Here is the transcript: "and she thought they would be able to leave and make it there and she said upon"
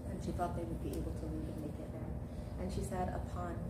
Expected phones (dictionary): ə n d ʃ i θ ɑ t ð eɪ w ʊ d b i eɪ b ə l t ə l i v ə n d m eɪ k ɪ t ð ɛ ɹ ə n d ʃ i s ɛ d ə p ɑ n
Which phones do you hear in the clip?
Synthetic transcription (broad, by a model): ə n ʃ i f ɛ t ð eɪ w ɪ d b i eɪ b l t ə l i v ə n m eɪ k ɪ t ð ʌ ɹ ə n ʃ i s ɛ d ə p ɑ n